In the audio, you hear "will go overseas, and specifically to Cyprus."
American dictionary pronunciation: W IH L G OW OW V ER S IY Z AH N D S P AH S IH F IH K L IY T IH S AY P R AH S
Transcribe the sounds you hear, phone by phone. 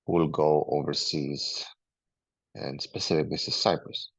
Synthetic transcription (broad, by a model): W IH L G OW OW V ER S IY Z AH N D S P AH S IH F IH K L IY S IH S AY P R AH S